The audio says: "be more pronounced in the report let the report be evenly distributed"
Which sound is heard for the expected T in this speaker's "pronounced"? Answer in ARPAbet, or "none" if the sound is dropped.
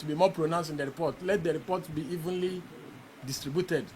none